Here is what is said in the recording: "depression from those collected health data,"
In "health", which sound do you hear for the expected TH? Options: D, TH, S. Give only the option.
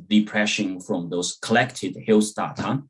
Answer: S